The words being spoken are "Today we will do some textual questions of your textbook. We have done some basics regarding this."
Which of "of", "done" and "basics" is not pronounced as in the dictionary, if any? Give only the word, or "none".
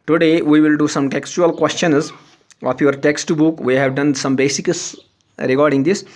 of